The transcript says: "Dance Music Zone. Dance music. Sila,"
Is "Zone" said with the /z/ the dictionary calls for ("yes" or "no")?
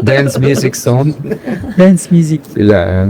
no